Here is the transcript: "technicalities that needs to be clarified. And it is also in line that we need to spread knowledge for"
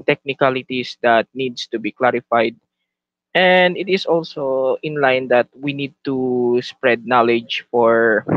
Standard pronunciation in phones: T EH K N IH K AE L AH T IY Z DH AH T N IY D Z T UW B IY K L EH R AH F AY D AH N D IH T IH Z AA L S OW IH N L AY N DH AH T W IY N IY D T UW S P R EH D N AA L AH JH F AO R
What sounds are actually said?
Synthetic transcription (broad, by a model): T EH K N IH K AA L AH T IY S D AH T N IY D S T UW B IY K L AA R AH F AY D AH N D IH T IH S AA L S OW IH N L AY N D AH T W IY N IY D T UW S P R EH D N AA L AH JH F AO R